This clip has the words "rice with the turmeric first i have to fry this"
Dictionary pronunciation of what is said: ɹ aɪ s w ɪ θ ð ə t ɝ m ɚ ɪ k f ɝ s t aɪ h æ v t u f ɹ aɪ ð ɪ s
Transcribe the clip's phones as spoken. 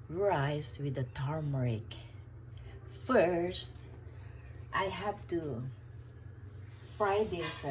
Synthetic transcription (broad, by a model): ɹ aɪ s w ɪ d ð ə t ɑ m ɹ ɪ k f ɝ s t aɪ h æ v t u f ɹ aɪ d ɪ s